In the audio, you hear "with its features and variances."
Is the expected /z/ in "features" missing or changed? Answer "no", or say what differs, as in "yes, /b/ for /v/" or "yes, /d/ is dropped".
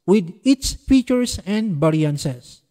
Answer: yes, /s/ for /z/